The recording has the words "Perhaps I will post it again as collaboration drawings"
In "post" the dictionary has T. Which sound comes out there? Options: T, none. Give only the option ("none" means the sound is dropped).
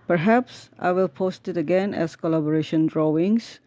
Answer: T